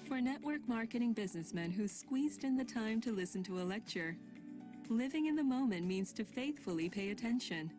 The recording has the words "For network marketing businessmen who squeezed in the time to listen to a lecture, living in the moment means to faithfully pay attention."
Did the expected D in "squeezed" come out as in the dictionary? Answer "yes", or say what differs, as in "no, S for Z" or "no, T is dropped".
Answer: yes